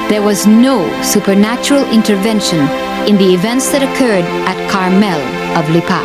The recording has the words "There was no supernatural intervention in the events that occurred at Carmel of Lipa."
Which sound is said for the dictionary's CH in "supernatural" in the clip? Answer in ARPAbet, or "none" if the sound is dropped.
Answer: CH